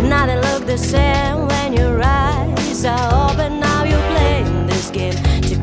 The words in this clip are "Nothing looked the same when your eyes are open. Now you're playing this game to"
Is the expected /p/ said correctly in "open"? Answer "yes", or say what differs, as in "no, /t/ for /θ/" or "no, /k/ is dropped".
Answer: no, /b/ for /p/